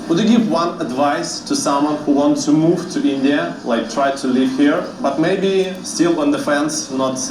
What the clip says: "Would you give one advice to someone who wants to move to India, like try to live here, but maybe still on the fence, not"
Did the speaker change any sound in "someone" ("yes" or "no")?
no